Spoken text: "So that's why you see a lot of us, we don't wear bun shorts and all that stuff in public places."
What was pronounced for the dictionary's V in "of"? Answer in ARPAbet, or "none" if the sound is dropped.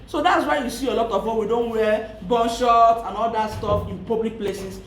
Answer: W